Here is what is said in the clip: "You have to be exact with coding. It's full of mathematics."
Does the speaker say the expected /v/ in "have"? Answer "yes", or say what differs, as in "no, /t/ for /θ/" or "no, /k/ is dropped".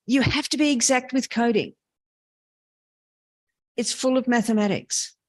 no, /f/ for /v/